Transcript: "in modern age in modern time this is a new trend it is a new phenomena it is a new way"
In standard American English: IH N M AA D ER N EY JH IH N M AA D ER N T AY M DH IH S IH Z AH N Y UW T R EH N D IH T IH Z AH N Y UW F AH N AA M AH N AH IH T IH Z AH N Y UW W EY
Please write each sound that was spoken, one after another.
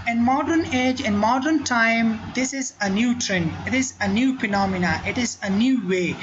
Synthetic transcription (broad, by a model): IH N M AA D ER N EY JH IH N M AA D ER N T AY M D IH S IH Z AH N Y UW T R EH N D IH T IH Z AH N Y UW P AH N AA M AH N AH IH T IH Z AH N Y UW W EY